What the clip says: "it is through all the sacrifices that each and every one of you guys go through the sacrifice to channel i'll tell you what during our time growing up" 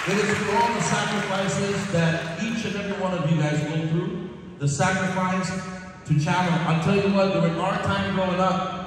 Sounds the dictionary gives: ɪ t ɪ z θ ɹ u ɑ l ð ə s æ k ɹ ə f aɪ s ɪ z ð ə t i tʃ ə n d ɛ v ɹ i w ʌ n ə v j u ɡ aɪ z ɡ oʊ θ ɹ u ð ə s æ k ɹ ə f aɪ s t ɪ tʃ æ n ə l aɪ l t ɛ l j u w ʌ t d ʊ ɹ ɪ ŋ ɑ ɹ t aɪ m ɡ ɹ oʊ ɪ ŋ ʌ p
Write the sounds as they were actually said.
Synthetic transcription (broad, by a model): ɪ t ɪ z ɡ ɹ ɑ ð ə s æ k ɹ ə f aɪ s ɪ z ð ə t i tʃ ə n ɛ v ɹ i w ʌ n ə v j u ɡ aɪ z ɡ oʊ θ ɹ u ð ə s æ k ɹ ə f aɪ s t ɪ tʃ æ l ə n aɪ l t ɛ l j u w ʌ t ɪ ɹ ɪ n ɑ ɹ t aɪ m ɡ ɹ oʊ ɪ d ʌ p